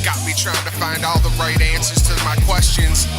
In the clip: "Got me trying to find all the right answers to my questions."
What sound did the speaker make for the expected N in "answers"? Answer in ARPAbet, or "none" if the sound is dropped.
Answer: N